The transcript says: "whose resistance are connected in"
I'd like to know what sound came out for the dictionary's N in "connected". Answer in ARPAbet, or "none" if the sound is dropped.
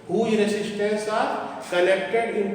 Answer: L